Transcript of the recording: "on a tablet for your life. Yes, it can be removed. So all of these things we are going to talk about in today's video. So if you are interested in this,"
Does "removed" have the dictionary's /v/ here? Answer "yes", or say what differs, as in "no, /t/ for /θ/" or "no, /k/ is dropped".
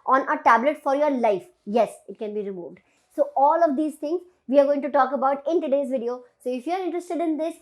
yes